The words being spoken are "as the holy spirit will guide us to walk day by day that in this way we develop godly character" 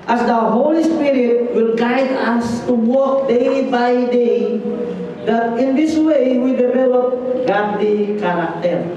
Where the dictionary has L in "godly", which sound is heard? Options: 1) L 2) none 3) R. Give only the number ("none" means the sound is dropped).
2